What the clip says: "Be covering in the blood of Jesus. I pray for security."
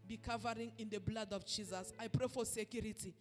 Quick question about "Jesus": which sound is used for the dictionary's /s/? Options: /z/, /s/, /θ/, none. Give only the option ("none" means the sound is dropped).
/s/